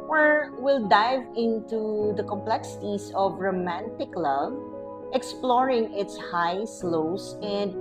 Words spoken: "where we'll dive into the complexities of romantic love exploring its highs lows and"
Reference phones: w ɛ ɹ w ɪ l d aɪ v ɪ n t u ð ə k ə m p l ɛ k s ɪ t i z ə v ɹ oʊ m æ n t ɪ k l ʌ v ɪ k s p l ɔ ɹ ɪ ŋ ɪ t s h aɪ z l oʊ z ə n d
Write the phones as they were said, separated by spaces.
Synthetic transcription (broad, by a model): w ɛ ɹ w ɪ l d aɪ v ɪ n t u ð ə k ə m p l ɛ k s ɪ t i s ə v ɹ oʊ m æ n t ɪ k l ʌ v ɪ k s p l ɔ ɹ ɪ ŋ ɪ t s h aɪ s l oʊ s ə n d